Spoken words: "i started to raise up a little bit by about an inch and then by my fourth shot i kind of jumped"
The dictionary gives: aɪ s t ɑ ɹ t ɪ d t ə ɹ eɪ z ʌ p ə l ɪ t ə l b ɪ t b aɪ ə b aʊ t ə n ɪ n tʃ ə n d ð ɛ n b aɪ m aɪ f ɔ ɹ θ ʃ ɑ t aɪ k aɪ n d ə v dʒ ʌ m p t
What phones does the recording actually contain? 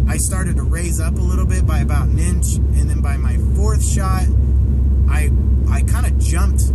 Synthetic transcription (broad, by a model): aɪ s t ɑ ɹ t ɪ d t ə ɹ eɪ z ʌ p ə l ɪ t l b ɪ t b aɪ ə b aʊ t n ɪ n tʃ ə n ð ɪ n b aɪ m aɪ f ɔ ɹ θ ʃ ɑ t aɪ k aɪ n d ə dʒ ʌ m p t